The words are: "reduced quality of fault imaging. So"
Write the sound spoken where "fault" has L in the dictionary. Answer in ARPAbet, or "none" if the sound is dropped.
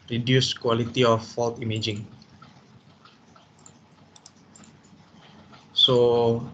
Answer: L